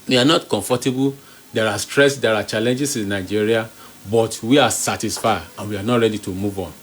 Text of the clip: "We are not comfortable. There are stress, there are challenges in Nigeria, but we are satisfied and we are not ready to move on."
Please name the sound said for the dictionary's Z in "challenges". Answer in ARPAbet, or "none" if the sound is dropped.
S